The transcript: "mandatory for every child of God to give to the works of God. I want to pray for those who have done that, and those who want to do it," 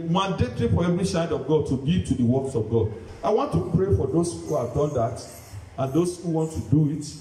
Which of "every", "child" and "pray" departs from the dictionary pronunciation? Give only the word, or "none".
child